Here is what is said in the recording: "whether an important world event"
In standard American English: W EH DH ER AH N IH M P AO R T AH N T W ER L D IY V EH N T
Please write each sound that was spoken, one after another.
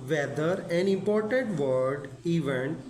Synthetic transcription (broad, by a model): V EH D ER AH N IH M P AO R T AH N T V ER D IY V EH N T